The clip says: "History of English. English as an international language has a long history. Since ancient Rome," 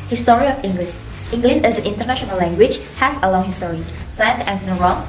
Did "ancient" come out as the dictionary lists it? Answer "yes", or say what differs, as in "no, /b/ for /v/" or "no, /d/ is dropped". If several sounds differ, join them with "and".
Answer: no, /ʃ/ is dropped